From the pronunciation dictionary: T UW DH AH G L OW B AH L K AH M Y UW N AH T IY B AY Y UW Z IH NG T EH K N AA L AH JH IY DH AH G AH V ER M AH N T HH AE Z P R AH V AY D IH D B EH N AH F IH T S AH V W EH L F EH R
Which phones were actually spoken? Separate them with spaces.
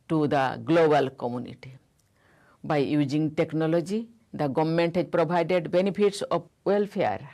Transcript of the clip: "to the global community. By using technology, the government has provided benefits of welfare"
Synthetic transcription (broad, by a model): T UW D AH G L OW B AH L K AH M Y UW N AH T IY B AY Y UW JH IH NG T EH K N AA L AH JH IY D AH G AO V M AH N T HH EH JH P R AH B AY D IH D B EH N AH P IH T S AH B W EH L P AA R